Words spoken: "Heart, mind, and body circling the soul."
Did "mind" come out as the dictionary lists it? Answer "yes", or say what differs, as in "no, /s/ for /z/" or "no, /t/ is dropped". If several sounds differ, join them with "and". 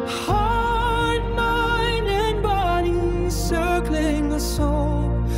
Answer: no, /d/ is dropped